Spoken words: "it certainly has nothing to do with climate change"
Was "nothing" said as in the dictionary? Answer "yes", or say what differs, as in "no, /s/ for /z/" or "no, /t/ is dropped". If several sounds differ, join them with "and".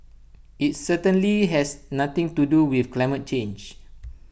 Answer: no, /t/ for /θ/